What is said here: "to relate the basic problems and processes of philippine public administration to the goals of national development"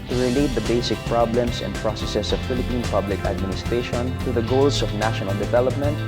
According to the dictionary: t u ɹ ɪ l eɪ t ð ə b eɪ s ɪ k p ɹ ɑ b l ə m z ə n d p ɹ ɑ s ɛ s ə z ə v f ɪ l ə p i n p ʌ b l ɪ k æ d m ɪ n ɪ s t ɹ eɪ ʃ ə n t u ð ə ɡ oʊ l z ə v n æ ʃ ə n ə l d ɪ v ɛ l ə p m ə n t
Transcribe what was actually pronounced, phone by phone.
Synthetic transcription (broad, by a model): t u ɹ ɪ l eɪ t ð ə b eɪ s ɪ k p ɹ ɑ b l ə m s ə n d p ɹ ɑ s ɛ s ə s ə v f ɪ l ə p i n p ʌ b l ɪ k æ d m ɪ n ɪ s t ɹ eɪ ʃ ə n t u ð ə ɡ oʊ l s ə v n æ ʃ ə n ə l d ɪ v ɛ l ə p m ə n t